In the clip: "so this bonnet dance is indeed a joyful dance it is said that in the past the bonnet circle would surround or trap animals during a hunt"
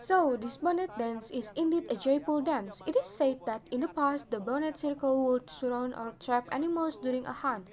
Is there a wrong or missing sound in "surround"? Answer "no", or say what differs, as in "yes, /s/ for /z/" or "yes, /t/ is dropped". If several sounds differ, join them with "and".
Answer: yes, /d/ is dropped